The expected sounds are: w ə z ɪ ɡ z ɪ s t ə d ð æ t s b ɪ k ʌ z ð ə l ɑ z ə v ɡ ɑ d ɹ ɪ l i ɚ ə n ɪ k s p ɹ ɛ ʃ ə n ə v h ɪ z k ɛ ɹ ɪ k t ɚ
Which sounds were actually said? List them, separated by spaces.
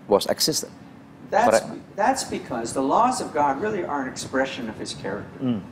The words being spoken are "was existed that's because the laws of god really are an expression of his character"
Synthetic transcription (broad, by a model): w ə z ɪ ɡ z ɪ s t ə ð ð æ t s b ɪ k ʌ z ð ə l ɑ z ə v ɡ ɑ d ɹ ɪ l i ɚ ə n ɪ k s p ɹ ɛ ʃ ə n ə v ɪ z k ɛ ɹ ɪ k t ɚ